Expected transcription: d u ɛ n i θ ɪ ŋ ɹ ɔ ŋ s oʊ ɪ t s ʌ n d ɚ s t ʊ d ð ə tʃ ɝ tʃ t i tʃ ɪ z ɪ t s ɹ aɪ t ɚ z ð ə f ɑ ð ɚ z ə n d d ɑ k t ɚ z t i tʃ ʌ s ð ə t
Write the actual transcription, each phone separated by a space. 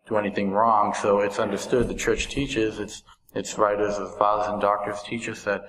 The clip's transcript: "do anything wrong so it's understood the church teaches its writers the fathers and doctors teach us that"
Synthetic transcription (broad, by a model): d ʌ ɛ n i θ ɪ ŋ ɹ ɔ ŋ s oʊ ɪ t s ʌ n d ɚ s t ʊ d ð ə tʃ ɝ tʃ t i tʃ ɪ z ɪ t s ɹ aɪ t ɚ z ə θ ɑ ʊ z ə n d d ɑ k t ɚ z t i tʃ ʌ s ð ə t